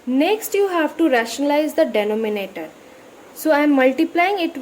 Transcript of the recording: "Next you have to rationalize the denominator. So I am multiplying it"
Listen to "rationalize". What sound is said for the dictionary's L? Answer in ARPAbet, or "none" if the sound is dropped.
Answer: L